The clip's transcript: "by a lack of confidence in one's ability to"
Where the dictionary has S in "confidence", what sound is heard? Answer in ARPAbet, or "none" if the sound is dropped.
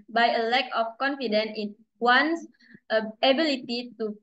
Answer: none